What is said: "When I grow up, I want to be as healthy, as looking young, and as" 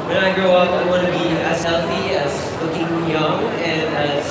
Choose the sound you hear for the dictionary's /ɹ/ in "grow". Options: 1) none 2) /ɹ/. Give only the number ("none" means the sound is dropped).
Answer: 1